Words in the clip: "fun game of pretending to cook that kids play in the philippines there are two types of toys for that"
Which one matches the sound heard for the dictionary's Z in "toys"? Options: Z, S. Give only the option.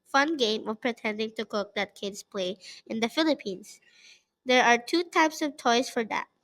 S